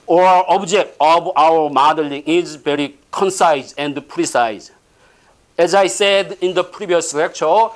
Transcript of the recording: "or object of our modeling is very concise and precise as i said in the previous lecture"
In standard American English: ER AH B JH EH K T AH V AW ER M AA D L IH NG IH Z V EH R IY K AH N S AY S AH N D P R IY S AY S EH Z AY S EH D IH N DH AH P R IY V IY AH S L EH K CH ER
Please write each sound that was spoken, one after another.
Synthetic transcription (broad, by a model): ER AH B JH EH K T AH B AW ER M AA D L IH NG IH Z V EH R IY K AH N S AY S AH N D P R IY S AY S EH Z AY S EH D IH N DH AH P R IY B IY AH S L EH K CH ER